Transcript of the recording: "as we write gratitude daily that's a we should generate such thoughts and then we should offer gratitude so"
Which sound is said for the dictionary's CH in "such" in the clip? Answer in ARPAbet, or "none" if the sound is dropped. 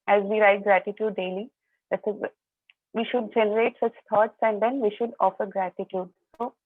CH